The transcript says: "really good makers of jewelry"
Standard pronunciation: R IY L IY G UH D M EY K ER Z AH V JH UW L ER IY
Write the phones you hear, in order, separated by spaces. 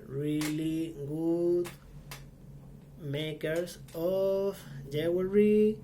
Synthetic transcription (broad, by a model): R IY L IY G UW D M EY K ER S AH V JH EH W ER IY